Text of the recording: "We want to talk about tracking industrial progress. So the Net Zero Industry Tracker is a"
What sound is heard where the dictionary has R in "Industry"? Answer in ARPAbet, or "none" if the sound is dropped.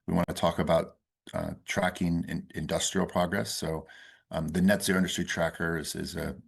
none